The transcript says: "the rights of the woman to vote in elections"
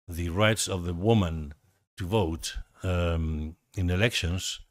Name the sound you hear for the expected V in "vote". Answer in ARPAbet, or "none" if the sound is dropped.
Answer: V